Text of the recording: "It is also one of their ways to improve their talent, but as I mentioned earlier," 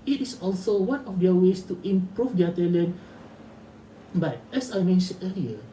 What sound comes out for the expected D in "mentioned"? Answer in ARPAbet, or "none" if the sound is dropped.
none